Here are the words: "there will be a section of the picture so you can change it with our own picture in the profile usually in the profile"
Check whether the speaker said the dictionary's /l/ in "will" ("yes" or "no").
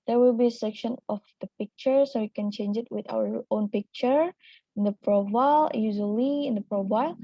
yes